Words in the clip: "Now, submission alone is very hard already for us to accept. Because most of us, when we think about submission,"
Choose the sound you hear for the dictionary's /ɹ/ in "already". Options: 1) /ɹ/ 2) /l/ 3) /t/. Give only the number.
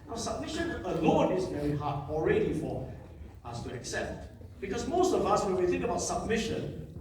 1